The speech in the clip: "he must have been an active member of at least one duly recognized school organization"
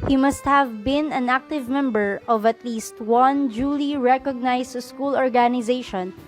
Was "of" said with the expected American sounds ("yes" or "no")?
yes